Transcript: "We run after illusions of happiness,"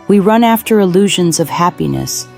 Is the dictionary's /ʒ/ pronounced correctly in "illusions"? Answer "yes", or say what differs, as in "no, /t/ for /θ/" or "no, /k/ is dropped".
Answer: yes